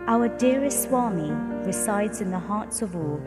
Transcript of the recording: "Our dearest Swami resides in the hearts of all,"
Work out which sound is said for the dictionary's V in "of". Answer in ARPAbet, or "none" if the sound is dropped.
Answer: V